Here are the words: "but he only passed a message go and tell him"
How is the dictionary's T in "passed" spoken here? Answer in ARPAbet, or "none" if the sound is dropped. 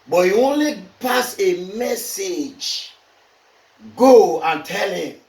none